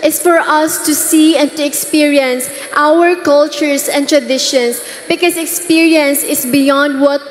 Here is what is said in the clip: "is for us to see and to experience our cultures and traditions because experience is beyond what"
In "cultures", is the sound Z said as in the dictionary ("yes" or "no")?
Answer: no